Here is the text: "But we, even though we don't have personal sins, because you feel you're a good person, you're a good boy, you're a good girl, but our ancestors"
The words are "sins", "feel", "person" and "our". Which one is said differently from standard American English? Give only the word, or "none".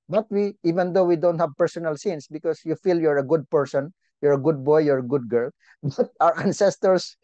sins